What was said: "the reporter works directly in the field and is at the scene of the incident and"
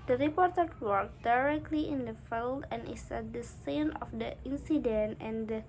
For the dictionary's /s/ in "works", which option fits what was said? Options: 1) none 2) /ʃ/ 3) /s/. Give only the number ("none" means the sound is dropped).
1